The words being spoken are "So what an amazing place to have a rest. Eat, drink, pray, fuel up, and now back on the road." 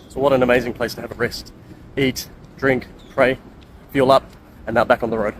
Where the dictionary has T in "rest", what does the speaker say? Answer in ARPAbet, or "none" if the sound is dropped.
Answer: T